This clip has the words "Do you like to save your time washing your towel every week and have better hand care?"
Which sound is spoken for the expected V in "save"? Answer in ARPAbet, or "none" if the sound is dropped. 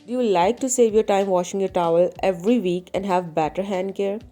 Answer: V